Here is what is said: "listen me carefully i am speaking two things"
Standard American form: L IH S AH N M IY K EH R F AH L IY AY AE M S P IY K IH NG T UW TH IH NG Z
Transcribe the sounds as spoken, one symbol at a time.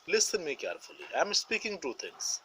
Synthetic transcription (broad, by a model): L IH S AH N M IY K EH R F AH L IY AY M S P IY K IH NG T UW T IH NG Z